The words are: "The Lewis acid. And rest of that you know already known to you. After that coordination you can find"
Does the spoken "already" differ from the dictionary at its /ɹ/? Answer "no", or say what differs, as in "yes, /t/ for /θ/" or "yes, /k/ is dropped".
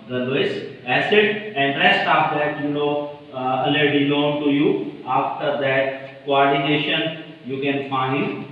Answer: yes, /ɹ/ is dropped